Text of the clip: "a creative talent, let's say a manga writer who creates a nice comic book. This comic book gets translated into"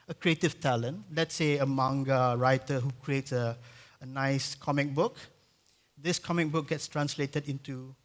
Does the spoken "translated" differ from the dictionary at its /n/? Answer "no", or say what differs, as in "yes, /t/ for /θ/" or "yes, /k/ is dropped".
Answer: no